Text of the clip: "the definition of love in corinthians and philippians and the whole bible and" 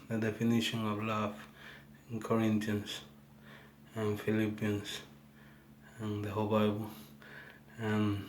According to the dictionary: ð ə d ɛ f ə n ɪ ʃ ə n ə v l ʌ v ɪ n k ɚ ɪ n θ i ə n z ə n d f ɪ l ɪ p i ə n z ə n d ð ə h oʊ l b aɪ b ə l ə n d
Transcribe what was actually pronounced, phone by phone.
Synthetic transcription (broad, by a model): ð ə d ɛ f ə n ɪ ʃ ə n ə v l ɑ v ɪ n k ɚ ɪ n t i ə n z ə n f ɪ l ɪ p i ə n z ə n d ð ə h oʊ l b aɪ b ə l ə n